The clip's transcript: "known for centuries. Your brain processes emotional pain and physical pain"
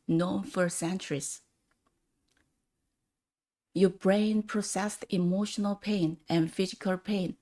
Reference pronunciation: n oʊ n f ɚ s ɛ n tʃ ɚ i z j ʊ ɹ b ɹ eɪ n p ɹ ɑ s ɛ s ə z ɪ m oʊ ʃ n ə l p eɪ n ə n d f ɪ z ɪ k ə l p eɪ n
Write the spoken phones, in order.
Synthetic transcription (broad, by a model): n oʊ n f ɚ s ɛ n tʃ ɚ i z j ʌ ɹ b ɹ eɪ n p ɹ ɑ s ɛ s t ɪ m oʊ ʃ n ə l p eɪ n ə n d f ɪ z ɪ k ə l p eɪ n